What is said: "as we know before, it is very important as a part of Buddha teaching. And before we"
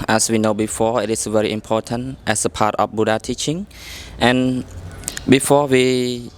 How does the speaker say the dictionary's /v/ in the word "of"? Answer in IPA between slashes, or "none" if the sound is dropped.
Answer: /f/